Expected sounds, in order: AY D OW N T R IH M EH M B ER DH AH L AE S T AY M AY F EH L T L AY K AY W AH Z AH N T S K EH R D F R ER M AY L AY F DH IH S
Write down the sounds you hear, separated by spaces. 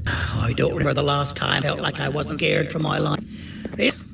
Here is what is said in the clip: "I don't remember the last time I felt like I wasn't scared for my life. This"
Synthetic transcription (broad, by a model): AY D OW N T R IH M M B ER DH AH L AE S T AY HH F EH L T L AY K AY W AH Z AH N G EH R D F R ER M AY L AY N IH